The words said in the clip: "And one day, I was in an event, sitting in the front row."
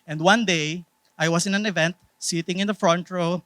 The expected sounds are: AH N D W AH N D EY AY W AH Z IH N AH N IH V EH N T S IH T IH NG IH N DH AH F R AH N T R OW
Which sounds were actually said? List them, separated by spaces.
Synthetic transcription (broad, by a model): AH N D W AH N D EY AY W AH S IH N AH N IH V EH N T S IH T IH NG IH N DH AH F R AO N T R OW